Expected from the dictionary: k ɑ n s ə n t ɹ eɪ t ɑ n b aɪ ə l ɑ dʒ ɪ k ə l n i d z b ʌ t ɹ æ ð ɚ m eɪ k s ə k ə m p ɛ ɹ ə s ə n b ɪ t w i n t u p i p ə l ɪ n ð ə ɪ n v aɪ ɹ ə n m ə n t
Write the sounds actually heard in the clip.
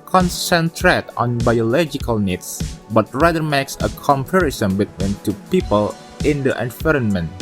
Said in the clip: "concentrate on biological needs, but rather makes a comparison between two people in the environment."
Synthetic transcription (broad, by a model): k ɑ n s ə n t ɹ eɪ t ɑ n b aɪ ə l ɑ dʒ ɪ k ə l n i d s b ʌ t ɹ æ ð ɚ m eɪ k s ə k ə m p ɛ ɹ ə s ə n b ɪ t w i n t u p i p ə l ɪ n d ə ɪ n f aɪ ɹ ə n m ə n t